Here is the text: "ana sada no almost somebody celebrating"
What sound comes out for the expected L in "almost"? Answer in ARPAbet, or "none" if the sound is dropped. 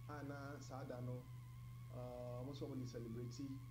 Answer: none